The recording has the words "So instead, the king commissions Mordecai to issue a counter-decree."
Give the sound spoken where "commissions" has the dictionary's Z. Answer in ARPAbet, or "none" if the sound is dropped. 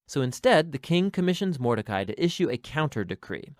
Z